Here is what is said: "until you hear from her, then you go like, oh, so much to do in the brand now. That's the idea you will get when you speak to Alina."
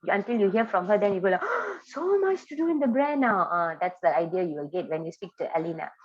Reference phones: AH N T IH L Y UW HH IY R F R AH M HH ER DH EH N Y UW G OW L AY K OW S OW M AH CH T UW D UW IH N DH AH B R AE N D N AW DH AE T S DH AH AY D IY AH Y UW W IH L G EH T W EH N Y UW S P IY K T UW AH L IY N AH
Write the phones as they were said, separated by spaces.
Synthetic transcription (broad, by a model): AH N T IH L Y UW HH IY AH F R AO M HH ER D EH N Y UW G OW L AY S OW M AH CH T UW D UW IH N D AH B R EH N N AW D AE T S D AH AY D IY AH Y UW W IH L G EH T W EH N Y UW S P IY K T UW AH L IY N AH